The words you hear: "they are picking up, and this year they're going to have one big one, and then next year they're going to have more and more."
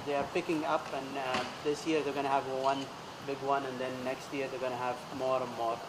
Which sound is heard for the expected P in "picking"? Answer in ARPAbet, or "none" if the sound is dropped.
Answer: P